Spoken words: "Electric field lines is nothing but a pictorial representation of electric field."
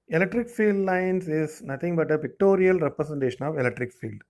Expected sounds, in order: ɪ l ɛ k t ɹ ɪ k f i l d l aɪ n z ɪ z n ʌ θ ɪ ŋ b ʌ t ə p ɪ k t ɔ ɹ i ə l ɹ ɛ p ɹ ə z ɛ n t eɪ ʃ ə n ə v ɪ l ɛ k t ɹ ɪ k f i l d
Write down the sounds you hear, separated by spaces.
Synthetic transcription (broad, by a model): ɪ l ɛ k t ɹ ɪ k f i l d l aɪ n s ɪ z n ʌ t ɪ ŋ b ʌ t ə p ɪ k t ɔ ɹ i ə l ɹ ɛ p ɹ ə s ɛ n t eɪ ʃ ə n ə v ɪ l ɛ k t ɹ ɪ k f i l d